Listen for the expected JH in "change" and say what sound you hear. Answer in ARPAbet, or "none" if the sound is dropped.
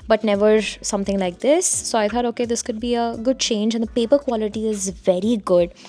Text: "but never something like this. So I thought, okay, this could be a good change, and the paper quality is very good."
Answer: JH